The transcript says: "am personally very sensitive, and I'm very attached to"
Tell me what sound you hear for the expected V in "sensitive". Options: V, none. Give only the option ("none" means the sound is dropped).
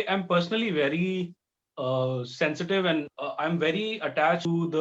V